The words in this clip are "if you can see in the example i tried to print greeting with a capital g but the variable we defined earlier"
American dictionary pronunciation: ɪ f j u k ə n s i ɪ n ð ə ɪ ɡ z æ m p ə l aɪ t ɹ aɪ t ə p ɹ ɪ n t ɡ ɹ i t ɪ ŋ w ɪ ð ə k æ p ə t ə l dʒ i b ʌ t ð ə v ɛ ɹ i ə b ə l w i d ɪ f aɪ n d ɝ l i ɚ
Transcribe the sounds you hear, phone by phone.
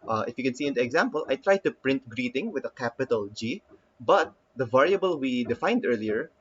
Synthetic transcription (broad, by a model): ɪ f j u k ə n s i ɪ n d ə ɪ ɡ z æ m p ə l aɪ t ɹ aɪ t ə p ɹ ɪ n t ɡ ɹ i t ɪ ŋ w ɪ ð ə k æ p ə t ə l dʒ i b ʌ t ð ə v ɛ ɹ i ə b ə l w i d ɪ f aɪ n d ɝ l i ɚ